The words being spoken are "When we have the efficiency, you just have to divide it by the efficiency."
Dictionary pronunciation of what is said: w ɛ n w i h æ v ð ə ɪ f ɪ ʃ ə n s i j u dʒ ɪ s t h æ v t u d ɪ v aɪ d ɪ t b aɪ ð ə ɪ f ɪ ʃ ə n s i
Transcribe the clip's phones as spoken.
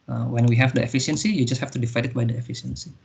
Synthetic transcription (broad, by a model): w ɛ n w i h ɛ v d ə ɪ f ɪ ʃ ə n s i j u dʒ ɪ s t h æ f t u d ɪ f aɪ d ɪ t b aɪ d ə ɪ f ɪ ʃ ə n s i